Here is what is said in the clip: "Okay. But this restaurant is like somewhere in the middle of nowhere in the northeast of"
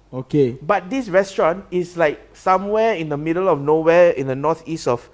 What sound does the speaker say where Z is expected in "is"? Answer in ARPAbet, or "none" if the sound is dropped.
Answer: S